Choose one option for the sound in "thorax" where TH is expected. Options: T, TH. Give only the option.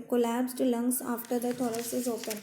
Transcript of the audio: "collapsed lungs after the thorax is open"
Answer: T